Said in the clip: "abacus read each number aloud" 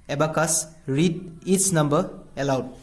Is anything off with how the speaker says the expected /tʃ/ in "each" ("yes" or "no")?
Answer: yes